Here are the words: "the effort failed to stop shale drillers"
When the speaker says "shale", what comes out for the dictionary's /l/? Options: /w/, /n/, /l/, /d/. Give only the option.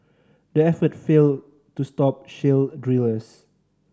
/l/